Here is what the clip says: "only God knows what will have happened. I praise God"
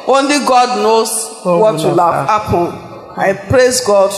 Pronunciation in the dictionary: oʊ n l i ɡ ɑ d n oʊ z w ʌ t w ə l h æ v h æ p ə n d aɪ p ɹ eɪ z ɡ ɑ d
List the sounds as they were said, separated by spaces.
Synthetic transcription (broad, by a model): oʊ n l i ɡ ɑ d n oʊ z w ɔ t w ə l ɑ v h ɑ p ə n aɪ p ɹ eɪ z ɡ ɑ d